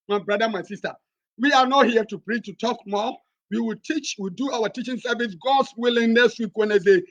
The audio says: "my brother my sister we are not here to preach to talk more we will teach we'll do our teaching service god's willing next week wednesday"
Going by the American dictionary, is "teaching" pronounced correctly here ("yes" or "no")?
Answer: yes